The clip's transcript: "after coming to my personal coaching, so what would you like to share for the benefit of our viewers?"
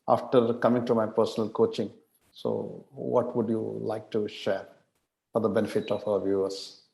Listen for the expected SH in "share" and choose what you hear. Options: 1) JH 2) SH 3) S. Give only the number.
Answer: 2